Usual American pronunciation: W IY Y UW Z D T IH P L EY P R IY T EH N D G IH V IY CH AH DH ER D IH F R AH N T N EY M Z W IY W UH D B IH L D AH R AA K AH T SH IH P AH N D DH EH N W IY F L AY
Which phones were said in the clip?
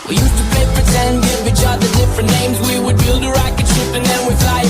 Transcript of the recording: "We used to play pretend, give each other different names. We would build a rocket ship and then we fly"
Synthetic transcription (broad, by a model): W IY Y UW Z T IH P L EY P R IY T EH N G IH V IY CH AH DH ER D IH F R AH N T N EY M Z W IY W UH D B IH L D AH R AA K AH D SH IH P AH N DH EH N W IY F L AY